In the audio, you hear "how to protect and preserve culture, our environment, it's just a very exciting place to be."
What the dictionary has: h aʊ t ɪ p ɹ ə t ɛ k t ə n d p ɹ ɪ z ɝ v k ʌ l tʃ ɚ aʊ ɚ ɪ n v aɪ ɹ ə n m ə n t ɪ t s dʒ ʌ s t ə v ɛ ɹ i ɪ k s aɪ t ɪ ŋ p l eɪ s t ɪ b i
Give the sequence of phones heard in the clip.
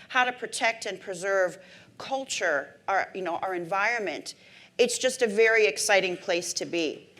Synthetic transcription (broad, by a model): h aʊ t ɪ p ɹ ə t ɛ k t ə n p ɹ ɪ z ɝ v k ʌ l tʃ ɚ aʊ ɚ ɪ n v aɪ ɹ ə n m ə n t ɪ t s dʒ ʌ s t ə v ɛ ɹ i ɪ k s aɪ t ɪ ŋ p l eɪ s t ɪ b i